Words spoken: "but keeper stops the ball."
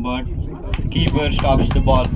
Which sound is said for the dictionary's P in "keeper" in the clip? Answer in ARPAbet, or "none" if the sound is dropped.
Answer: B